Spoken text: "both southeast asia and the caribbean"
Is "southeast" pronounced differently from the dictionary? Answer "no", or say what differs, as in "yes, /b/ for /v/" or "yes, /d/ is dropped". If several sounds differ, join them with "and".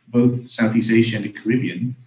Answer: yes, /t/ is dropped